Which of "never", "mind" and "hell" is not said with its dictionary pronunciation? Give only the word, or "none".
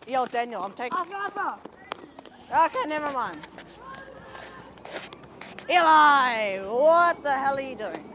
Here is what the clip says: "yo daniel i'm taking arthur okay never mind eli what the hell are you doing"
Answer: mind